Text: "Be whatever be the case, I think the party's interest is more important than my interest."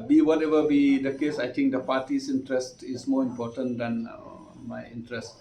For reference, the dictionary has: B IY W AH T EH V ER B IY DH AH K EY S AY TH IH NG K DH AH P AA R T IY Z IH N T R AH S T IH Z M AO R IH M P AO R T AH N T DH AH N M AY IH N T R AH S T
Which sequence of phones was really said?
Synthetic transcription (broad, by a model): B IY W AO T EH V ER B IY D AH K EY S AY T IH NG K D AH P AA T IY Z IH N T R AH S T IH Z M AO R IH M P AO T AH N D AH N M AY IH N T R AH S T